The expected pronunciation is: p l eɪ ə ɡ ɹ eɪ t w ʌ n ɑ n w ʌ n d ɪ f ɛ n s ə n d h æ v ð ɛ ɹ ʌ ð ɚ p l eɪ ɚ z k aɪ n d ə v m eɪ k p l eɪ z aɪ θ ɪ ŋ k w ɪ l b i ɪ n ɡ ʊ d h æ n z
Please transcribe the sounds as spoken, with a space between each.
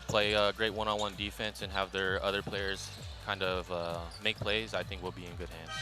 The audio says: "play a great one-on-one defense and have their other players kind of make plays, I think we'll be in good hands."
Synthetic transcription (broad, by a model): p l eɪ ə ɡ ɹ eɪ t w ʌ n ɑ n w ʌ n d ɪ f ɛ n s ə n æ v ð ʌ ɹ ʌ ð ɚ p l eɪ ɚ z k aɪ n d ə v m eɪ k p l eɪ z aɪ θ ɪ ŋ k w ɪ l b i ɪ n ɡ ʊ d h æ n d